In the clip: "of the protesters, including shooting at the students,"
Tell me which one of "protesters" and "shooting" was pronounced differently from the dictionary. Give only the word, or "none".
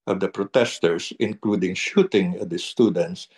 protesters